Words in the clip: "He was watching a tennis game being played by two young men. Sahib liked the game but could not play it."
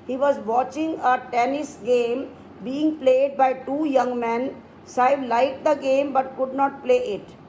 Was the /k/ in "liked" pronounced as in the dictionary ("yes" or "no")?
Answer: no